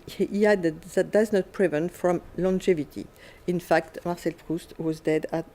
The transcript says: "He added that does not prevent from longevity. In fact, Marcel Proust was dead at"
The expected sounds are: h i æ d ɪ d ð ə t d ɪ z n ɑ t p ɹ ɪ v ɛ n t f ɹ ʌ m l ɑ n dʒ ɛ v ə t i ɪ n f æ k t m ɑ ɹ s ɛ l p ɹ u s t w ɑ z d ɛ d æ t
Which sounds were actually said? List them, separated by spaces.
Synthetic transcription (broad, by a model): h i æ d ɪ d ð ə t d ɪ z n ɑ t p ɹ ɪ v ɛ n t f ɹ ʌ m l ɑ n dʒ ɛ v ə t i ɪ n f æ k t m ɑ ɹ s ɛ l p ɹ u s t w ɑ z d ɛ d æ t